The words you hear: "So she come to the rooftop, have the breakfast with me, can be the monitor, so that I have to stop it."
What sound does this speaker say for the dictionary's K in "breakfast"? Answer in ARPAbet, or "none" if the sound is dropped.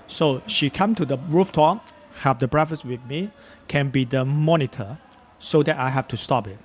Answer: none